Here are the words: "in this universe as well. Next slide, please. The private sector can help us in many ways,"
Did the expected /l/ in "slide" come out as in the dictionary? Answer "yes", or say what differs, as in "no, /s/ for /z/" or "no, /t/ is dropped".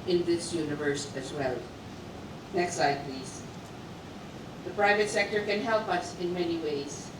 no, /l/ is dropped